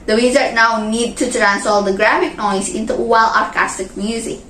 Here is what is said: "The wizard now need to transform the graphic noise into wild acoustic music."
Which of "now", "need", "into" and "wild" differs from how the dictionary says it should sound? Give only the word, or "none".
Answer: wild